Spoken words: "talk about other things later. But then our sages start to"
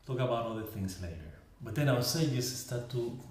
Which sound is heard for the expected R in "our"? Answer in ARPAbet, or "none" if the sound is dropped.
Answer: W